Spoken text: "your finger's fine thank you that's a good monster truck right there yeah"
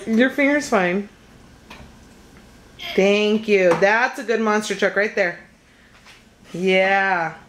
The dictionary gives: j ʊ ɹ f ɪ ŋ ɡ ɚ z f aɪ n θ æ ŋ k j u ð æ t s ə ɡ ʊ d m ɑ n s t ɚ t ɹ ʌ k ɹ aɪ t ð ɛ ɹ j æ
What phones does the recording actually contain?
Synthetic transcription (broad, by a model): j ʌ ɹ f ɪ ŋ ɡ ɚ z f aɪ n θ æ ŋ k j u ð æ t s ə ɡ ʊ d m ɑ n s t ɚ t ɹ ʌ k ɹ aɪ t ð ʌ ɹ j æ